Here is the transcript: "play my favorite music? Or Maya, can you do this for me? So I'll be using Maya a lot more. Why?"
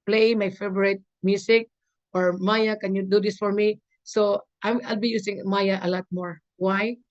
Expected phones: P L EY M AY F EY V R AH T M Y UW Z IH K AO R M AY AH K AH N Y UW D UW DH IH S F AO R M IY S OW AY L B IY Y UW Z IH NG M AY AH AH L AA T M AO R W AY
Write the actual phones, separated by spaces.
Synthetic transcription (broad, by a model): P L EY M AY F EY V R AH T M Y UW S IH K AO R M AY AH K AH N Y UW D UW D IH S F AO R M IY S OW AY L B IY Y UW S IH NG M AY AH AH L AA T M AO R W AY